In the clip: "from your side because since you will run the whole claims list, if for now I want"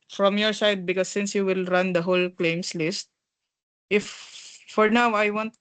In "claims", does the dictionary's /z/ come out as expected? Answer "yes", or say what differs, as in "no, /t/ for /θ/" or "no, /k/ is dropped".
no, /s/ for /z/